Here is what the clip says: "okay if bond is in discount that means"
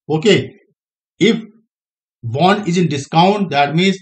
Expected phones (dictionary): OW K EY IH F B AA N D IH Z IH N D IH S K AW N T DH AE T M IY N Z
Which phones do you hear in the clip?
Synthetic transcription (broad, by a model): OW K EY IH F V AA N IH Z IH N D IH S K AW N T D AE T M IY N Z